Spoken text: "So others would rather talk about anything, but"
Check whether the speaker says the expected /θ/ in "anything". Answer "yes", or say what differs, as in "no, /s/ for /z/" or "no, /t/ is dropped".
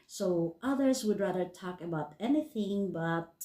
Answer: yes